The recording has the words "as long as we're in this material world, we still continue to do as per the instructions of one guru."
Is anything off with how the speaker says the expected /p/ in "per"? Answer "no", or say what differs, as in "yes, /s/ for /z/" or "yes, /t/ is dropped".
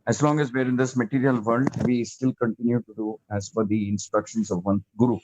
yes, /f/ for /p/